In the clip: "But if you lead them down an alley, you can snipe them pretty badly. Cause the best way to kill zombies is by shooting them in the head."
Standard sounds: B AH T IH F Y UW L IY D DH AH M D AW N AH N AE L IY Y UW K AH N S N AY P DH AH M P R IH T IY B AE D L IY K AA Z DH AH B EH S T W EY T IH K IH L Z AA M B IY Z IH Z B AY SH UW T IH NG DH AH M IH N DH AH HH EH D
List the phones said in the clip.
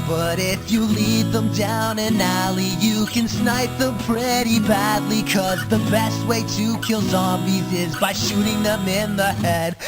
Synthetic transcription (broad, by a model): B AH T IH F Y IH L IY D DH AH M D AW N AH N AE L IY Y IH K AH N S N AY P DH AH M P R IH T IY B AE D L IY K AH Z DH AH B EH S T W EY T IH K IH L Z AA M B IY Z IH Z B AY SH UW T IH NG DH AH M IH N DH AH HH EH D